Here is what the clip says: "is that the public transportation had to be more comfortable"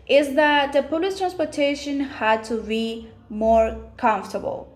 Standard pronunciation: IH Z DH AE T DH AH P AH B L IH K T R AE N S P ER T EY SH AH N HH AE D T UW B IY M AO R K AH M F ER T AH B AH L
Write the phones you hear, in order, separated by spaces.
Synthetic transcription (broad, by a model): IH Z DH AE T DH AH P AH L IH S T R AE N S P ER T EY SH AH N HH AE D T UW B IY M AO R K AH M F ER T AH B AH L